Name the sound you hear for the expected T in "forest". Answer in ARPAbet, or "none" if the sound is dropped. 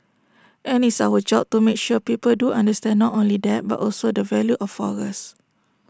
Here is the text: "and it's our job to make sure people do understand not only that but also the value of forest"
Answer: none